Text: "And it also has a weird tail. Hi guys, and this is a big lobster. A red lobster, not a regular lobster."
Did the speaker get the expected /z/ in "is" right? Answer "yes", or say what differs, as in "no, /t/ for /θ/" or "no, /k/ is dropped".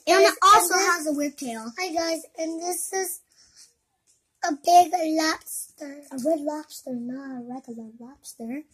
yes